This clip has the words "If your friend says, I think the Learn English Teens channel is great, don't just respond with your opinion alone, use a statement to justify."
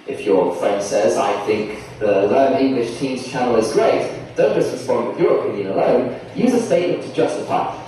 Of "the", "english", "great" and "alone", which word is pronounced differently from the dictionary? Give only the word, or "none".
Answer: none